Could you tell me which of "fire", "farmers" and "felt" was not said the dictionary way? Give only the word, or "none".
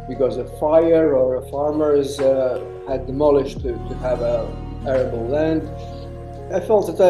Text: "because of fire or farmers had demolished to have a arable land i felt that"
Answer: none